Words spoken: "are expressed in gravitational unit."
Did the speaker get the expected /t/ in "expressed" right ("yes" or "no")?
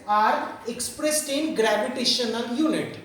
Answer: yes